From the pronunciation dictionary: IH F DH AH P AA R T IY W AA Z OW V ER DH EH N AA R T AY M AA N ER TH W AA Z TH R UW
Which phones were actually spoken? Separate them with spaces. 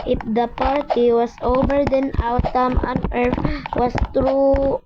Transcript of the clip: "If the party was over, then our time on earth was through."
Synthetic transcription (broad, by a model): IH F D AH P AA R T IY W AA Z OW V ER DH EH N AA W T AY M AA N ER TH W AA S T R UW